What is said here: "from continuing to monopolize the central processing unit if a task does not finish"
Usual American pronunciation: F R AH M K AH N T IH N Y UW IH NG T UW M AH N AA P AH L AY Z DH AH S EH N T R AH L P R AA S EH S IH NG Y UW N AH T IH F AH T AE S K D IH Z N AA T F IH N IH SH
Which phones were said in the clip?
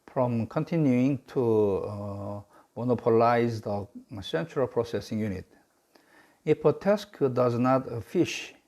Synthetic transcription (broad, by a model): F R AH M K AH N T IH N Y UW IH NG T UW M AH N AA P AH L AY Z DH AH S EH N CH R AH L P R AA S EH S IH NG Y UW N AH T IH P AH T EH S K D IH Z N AA T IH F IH SH